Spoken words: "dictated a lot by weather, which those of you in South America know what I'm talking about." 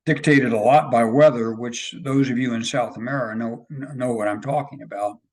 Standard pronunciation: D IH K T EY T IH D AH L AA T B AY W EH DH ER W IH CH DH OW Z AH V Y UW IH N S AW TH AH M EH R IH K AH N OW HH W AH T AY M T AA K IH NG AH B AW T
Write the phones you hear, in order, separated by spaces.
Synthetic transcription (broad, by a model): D IH K T EY T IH D AH L AA T B AY W EH DH ER W IH CH DH OW Z AH V Y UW IH N S AW TH AH M EH R IH K AH N OW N W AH T AY M T AA K IH NG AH B AW T